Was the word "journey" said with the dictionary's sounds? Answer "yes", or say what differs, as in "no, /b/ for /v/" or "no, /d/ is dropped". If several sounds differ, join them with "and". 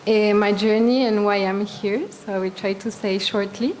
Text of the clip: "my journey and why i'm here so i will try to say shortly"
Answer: yes